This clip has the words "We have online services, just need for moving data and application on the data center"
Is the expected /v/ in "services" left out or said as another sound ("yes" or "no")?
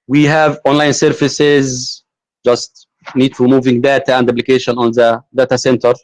yes